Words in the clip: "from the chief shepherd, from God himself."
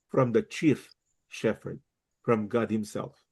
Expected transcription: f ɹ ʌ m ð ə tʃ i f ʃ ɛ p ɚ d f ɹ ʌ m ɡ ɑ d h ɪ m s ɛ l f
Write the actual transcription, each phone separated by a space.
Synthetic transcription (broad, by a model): f ɹ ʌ m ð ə tʃ i f ʃ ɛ f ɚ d f ɹ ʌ m ɡ ɑ d h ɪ m s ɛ l f